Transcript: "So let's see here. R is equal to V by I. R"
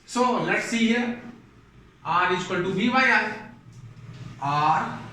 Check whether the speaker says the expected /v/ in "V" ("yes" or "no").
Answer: no